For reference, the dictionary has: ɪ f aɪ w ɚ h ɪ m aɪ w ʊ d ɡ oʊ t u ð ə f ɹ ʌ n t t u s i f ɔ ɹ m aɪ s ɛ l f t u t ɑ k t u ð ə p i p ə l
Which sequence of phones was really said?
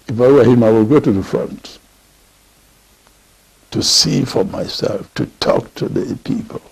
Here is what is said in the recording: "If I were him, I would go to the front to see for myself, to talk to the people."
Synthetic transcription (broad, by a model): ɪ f aɪ w ɚ h ɪ m aɪ w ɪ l ɡ oʊ t u ð ə f ɹ ʌ n t t u s i f ɔ ɹ m aɪ s ɛ l f t u t ɑ k t u ð ə p i p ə l